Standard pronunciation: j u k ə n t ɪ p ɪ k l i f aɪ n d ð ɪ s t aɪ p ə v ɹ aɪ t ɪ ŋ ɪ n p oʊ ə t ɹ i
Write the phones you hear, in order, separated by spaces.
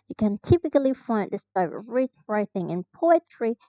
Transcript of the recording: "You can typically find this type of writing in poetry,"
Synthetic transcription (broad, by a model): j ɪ k ə n t ɪ p ɪ k l i f aɪ n d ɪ s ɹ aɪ b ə ɹ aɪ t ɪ ŋ ɪ n p oʊ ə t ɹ i